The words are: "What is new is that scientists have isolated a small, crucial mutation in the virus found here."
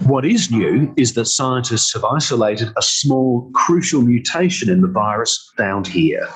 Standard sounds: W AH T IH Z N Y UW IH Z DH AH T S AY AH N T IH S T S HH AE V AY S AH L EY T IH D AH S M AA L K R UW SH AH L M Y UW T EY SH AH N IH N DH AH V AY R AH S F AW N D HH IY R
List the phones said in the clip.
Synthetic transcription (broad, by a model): W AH T IH Z N Y UW IH Z DH AH T S AY AH N T IH S T S HH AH V AY S AH L EY T IH D AH S M AA L K R UW SH AH L M Y UW T EY SH AH N IH N DH AH V AY R AH S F AW N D HH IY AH